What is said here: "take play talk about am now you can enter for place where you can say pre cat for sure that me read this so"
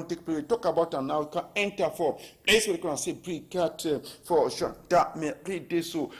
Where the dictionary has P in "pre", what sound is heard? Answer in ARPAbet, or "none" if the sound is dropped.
B